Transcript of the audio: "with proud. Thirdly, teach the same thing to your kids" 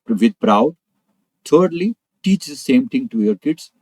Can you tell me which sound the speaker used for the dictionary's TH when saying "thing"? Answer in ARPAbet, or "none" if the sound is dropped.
T